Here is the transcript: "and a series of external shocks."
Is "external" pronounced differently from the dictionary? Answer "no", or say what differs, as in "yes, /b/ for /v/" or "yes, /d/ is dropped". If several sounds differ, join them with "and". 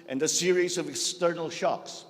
no